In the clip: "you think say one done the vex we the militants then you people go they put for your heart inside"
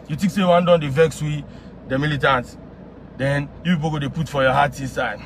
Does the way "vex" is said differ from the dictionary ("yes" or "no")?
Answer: no